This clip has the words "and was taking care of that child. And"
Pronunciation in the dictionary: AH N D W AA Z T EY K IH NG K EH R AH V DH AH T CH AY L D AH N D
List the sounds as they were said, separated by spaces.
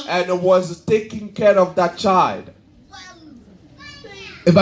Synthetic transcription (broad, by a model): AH N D W AA Z T EY K IH NG K EH R AH V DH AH T CH AY L D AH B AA